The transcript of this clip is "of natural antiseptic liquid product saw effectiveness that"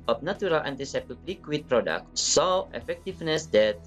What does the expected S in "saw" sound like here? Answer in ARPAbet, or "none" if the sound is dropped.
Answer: S